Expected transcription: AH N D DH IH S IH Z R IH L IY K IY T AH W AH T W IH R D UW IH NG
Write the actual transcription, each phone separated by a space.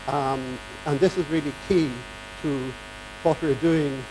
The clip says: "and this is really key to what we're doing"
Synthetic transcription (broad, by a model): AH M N DH IH S IH Z R IH L IY K IY T AH W AH T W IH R D UW IH NG